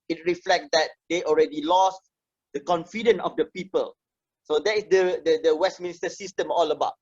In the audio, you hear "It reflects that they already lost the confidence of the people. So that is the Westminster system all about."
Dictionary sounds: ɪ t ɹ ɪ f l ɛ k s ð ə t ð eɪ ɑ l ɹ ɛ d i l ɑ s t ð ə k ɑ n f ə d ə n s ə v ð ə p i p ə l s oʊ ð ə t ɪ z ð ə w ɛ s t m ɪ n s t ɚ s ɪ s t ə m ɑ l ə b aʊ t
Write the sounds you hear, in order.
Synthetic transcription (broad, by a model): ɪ t ɹ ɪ f l ɛ k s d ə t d eɪ ɑ l ɹ ɛ d i l ɑ s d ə k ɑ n f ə d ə n ə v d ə p i p ə l s oʊ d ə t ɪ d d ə w ɛ s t m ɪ n s t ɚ s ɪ s t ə m ɑ l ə b aʊ t